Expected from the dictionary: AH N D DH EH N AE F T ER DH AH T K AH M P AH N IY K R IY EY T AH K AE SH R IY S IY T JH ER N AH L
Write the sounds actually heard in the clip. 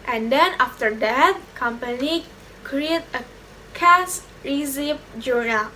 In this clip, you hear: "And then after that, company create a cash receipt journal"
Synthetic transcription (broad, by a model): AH N D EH N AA F T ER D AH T K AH M P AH N IY K R IY EY T AH K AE S R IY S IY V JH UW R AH